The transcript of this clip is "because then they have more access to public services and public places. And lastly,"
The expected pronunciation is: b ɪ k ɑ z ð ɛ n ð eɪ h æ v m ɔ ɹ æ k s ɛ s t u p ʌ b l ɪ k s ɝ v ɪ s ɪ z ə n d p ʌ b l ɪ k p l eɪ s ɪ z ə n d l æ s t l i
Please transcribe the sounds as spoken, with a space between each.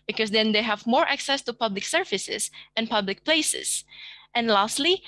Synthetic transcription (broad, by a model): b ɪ k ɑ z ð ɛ n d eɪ h æ v m ɔ ɹ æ k s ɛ s t u p ʌ b l ɪ k s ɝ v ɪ s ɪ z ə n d p ʌ b l ɪ k p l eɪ s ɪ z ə n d l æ s t l i